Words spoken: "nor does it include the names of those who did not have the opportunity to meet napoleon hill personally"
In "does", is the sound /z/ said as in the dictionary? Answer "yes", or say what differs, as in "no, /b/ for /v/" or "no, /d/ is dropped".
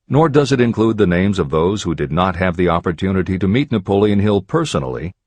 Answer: yes